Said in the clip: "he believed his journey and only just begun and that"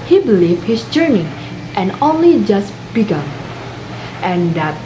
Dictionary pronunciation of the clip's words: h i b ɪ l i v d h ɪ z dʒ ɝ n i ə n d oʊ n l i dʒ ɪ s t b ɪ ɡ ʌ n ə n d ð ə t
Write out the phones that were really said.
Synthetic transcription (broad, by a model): h i b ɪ l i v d h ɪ s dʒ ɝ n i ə n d oʊ n l i dʒ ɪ s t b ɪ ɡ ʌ ə n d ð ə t